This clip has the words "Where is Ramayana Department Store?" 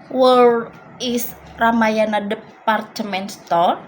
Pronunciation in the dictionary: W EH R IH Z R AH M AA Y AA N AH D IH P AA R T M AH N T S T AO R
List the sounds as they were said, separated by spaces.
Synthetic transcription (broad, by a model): W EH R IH S R AH M AA Y AA N AH D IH P AA R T M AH N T S T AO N